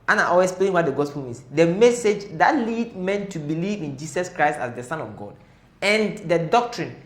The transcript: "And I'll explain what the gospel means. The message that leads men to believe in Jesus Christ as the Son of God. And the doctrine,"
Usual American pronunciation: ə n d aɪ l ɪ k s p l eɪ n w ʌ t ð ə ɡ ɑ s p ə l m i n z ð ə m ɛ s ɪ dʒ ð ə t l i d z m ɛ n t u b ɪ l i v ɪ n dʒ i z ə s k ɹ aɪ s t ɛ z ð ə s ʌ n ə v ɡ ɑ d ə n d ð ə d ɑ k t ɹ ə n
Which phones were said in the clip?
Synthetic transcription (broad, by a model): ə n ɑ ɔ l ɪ s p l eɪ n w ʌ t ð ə ɡ ɑ s p ə l m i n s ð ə m ɛ s ɪ dʒ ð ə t l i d m ɛ n t u b ɪ l i v ɪ n dʒ i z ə s k ɹ aɪ s t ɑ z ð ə s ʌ n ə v ɡ ɑ d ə n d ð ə d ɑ k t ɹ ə n